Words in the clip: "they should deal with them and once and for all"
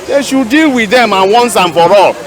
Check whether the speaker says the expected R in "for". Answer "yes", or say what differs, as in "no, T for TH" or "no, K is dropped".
yes